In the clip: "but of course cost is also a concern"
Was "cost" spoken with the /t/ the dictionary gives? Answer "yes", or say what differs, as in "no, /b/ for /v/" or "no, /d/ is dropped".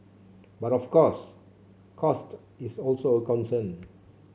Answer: yes